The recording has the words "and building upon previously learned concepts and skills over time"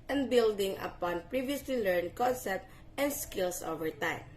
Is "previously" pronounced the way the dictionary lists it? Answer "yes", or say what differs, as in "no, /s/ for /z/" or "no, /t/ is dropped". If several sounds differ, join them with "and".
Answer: yes